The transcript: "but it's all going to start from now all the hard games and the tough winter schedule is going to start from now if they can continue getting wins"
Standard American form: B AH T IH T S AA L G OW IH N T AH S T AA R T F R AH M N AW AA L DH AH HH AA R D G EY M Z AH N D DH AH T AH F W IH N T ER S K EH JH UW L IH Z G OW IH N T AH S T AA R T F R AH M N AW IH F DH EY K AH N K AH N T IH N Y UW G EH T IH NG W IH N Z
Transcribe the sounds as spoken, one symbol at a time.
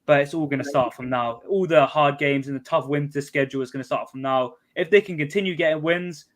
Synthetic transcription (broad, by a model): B AH T IH T S AA L G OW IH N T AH S T AA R T F R AH M N AW AA L DH AH HH AA D G EY M Z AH N DH AH T AH F W IH N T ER S K EH JH UW L IH Z G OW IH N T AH S T AA T F R AH M N AW IH F DH EY K AH N K AH N T IH N Y UW G EH T IH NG W IH N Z